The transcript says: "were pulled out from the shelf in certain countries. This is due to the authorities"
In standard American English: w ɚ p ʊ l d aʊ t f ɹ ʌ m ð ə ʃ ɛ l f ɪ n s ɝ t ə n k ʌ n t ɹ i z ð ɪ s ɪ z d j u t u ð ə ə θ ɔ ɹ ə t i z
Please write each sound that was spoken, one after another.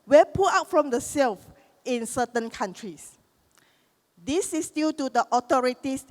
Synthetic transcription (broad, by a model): w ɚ p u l aʊ t f ɹ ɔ m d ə s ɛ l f ɪ n s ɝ t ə n k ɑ n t ɹ i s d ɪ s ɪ s d j u t u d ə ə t ɔ ɹ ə t i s